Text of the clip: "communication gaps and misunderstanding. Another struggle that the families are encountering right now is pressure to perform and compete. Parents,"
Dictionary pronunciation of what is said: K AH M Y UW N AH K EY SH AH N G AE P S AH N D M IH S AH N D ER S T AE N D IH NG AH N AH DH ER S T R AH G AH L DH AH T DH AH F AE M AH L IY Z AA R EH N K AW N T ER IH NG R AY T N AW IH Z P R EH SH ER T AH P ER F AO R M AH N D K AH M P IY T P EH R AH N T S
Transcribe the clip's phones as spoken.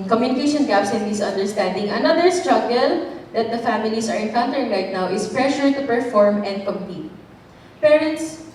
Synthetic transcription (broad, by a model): K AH M Y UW N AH K EY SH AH N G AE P S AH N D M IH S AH N D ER S T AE N D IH NG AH N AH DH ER S T R AH G AH L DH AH T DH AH F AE M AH L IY S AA R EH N K AW N T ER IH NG R AY T N AW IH S P R EH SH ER T AH P ER F AO R M AH N D K AH M P IY T P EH R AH N T S